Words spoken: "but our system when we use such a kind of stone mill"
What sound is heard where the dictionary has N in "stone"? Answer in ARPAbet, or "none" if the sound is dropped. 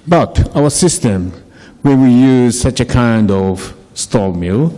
L